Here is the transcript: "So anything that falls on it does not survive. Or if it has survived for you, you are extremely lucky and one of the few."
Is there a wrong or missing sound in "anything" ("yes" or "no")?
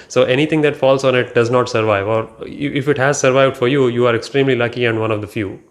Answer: yes